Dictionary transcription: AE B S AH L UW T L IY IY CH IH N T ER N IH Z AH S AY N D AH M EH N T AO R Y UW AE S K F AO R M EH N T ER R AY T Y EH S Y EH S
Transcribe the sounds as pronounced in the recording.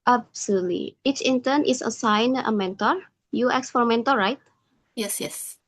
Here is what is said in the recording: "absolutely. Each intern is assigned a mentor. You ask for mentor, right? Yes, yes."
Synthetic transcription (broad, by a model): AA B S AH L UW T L IY IY CH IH N T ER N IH S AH S AY N AH M EH N T AO R Y UW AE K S F AO R M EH N T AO R AY T Y EH S Y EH S